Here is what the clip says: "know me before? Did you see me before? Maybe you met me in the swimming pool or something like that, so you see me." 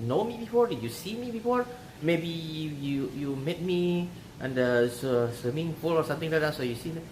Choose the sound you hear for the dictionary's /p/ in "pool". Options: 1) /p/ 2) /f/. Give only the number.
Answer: 2